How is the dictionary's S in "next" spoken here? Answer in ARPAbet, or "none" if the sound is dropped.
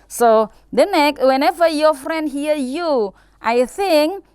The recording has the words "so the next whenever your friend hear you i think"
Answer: none